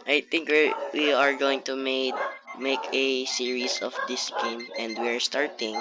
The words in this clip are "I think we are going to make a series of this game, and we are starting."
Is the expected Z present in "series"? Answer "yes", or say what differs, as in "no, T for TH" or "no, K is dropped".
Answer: no, S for Z